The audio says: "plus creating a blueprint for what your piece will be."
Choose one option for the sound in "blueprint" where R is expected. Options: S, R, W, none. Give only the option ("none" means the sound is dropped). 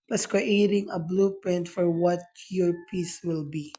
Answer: none